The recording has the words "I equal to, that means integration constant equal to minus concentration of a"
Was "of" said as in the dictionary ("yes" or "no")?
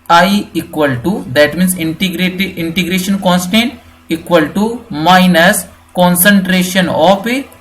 no